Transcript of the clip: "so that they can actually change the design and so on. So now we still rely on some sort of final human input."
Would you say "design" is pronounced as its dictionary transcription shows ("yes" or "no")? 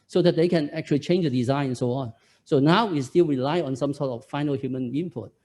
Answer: yes